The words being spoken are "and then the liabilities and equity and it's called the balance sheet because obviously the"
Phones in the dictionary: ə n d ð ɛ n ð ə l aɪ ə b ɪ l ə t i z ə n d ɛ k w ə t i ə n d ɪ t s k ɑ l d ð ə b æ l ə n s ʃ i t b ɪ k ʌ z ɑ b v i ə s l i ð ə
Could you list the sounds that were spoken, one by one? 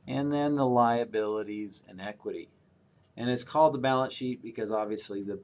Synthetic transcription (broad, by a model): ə n ð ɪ n ð ə l aɪ ə b ɪ l ə t i z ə n ɛ k w ə t i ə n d ɪ t s k ɑ l d ð ə b æ l ə n s ʃ i t b ɪ k ʌ z ɑ b v i ə s l i ð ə